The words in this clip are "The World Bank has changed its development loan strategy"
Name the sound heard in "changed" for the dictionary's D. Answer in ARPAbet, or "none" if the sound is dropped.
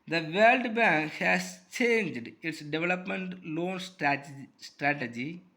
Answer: D